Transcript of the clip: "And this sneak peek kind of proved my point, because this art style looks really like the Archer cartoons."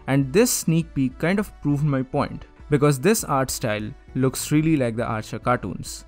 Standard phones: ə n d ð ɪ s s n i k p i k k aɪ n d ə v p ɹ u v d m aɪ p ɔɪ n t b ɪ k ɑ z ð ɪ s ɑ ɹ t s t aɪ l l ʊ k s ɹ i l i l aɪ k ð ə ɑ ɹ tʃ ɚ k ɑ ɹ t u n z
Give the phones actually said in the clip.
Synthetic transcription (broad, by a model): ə n d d ɪ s s n i k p i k k aɪ n d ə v p ɹ u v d m aɪ p ɔɪ n t b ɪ k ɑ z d ɪ s ɑ ɹ t s t aɪ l l ʊ k s ɹ i l i l aɪ k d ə ɑ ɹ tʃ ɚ k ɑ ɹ t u n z